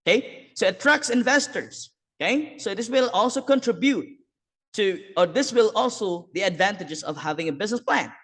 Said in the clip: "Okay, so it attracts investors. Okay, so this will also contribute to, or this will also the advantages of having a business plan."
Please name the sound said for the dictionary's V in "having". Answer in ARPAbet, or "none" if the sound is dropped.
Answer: V